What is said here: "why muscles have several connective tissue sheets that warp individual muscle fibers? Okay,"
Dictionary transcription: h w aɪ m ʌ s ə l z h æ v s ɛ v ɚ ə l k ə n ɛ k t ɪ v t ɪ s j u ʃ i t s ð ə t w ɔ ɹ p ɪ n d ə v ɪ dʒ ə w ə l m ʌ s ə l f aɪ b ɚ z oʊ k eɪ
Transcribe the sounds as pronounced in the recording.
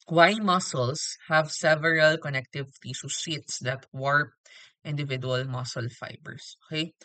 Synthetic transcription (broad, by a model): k w aɪ m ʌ s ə l s h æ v s ɛ v ɚ ə l k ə n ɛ k t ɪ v t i s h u s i t s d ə t w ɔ ɹ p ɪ n d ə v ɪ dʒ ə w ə l m ʌ s ə l f aɪ b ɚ s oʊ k eɪ